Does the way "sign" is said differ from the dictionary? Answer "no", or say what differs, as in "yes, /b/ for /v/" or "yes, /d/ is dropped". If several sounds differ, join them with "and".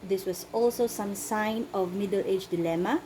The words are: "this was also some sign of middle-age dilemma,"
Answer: no